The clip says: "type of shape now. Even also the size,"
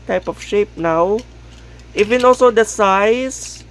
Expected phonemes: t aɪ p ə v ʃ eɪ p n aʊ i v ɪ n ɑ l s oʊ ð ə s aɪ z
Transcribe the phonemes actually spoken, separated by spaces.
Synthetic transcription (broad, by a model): t aɪ p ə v ʃ eɪ p n aʊ i v ɪ n ɑ l s oʊ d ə s aɪ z